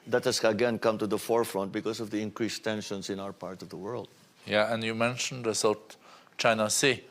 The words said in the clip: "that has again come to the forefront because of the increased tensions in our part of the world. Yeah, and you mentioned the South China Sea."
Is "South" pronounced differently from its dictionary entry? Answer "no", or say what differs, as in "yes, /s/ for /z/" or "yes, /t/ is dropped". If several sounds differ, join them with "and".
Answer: yes, /t/ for /θ/